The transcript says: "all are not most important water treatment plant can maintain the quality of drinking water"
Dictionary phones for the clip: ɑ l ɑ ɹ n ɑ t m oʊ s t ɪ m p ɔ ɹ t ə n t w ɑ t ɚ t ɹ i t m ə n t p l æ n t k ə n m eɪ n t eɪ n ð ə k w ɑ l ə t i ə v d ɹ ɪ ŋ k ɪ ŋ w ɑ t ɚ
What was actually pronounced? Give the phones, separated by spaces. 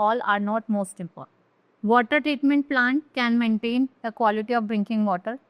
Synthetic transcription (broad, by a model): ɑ l ɑ ɹ n ɑ t m oʊ s t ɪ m p ɔ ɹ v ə t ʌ t t ɹ i t m ə n t p l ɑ n t k ə n m eɪ n t eɪ n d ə k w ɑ l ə t i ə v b ɹ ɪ ŋ k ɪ ŋ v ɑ t ɚ